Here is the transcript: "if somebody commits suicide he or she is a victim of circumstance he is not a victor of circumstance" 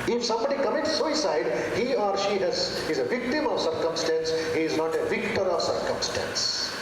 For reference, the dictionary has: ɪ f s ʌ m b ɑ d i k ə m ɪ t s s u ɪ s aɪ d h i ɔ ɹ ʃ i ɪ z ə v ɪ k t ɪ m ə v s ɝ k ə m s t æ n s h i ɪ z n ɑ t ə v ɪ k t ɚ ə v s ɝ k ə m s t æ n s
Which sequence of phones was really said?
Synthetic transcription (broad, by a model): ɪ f s ʌ m b ɑ d i k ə m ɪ t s s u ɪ s aɪ d h i ɔ ɹ ʃ i ɪ z ə v ɪ k t ɪ m ə v s ɝ k ə m s t æ n s h i ɪ z n ɑ t ə v ɪ k t ɚ ə v s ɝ k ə m s t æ n s